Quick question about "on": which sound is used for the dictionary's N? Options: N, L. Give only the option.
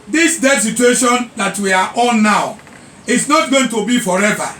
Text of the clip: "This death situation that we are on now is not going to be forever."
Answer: L